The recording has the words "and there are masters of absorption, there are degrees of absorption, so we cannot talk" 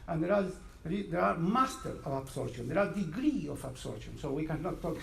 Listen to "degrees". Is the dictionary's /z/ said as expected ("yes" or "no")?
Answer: no